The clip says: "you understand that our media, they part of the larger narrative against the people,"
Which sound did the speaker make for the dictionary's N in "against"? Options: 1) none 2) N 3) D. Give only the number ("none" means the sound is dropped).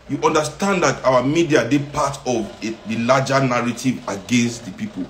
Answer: 2